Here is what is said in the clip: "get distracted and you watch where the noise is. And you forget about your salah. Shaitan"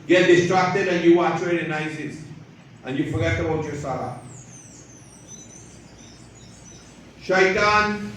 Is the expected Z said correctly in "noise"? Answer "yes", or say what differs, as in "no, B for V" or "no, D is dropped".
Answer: no, S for Z